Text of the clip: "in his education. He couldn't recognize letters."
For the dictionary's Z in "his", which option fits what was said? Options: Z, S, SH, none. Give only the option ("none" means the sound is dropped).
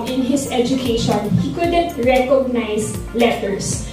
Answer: S